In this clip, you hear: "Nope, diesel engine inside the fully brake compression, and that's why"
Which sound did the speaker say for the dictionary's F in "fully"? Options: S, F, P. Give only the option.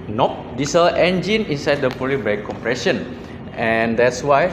P